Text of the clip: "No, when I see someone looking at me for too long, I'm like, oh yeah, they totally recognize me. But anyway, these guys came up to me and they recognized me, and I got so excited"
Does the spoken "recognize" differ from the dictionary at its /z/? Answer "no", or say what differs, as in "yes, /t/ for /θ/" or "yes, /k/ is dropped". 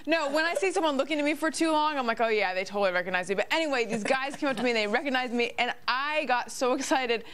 no